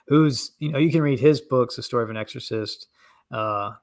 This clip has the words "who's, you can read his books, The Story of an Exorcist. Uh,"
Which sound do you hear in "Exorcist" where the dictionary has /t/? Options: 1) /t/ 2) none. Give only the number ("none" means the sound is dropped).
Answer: 1